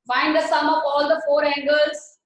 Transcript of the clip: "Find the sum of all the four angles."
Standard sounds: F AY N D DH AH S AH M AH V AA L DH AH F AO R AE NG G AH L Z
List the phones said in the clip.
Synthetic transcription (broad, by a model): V AY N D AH S AH M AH P AA L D AH F AO R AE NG G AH L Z